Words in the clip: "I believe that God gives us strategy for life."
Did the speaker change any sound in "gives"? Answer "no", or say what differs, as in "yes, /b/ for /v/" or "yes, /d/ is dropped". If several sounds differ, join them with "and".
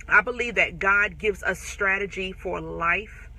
no